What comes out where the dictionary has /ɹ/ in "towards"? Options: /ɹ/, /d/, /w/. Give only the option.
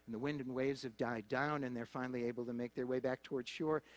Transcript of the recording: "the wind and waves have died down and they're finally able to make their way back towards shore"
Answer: /ɹ/